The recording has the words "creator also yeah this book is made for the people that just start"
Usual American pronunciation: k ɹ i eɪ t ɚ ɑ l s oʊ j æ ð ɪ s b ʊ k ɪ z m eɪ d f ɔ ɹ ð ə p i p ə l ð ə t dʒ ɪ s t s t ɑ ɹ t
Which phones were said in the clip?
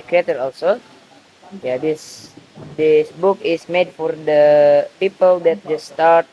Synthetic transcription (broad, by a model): k ɹ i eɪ t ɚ ɑ l s oʊ j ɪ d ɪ s b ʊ k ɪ s m eɪ d f ɔ ɹ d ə p i p ə l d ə t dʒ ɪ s s t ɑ ɹ t